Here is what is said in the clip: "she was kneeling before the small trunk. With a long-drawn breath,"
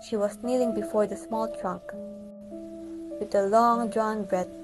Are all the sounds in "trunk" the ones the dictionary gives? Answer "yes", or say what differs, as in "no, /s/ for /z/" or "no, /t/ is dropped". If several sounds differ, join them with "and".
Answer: no, /ŋ/ is dropped